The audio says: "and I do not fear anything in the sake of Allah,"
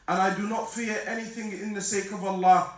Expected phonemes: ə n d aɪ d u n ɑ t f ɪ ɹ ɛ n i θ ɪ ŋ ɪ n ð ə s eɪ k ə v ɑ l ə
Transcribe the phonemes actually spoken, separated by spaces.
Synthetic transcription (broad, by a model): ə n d aɪ d u n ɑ t f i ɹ ɛ n i θ ɪ ŋ ɪ n ð ə s eɪ k ə v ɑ l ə